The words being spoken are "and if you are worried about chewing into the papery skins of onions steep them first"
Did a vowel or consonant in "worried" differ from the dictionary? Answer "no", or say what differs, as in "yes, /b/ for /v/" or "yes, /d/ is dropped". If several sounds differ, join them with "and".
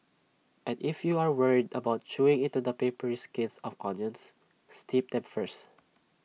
no